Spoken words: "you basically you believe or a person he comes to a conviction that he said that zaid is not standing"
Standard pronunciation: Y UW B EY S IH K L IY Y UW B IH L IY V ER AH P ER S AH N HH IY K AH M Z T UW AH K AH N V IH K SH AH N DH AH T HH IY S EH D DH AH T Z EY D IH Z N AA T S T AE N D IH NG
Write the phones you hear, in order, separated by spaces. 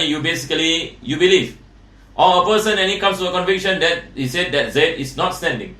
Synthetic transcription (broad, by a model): Y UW B EY S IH K L IY Y UW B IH L IY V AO AH P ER S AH N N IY K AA M S T UW AH K AH N V IH K SH AH N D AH T HH IY S EH D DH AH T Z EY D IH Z N AA T S T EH N D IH NG